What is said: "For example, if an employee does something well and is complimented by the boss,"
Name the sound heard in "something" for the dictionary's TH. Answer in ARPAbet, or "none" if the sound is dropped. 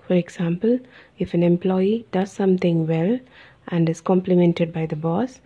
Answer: T